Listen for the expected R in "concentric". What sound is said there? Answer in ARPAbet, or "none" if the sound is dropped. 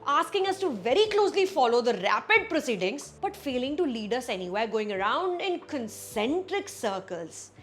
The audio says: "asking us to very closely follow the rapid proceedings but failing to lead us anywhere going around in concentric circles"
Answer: R